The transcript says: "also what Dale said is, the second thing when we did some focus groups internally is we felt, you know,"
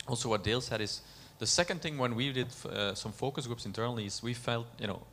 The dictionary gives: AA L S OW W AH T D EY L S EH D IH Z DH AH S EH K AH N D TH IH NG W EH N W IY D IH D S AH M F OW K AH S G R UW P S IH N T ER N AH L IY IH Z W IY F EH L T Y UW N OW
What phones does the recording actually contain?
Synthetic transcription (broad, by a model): AA L S OW W AH T D EY L S EH D IH Z DH AH S EH K AH N D TH IH NG W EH N W IY D IH D S AH M F OW K AH S G R UW P S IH N T ER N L IY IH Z W IY F EH L T Y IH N OW